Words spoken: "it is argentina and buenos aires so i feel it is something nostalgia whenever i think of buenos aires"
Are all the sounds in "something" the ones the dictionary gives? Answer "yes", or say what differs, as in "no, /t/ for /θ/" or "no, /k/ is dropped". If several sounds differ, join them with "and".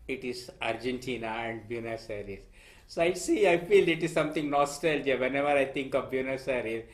no, /t/ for /θ/